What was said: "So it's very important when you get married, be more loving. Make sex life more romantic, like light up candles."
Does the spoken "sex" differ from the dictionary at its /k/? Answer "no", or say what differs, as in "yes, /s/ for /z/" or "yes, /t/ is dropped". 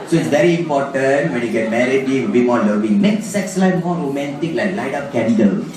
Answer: no